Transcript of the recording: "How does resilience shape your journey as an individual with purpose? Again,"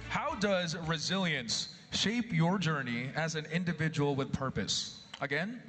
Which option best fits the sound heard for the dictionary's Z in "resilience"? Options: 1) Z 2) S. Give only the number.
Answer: 1